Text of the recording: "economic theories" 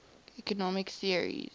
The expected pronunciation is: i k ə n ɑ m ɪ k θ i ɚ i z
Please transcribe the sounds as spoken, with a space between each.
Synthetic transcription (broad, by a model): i k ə n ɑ m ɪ k s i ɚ i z